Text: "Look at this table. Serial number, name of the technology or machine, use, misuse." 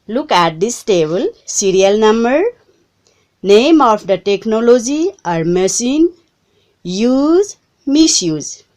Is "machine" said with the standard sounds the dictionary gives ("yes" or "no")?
no